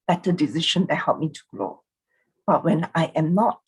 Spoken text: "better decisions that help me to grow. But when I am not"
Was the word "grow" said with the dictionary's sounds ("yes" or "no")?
no